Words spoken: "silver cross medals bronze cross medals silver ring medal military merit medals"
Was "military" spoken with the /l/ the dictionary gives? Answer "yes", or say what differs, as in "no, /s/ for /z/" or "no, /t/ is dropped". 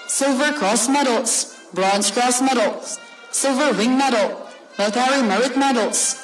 no, /l/ is dropped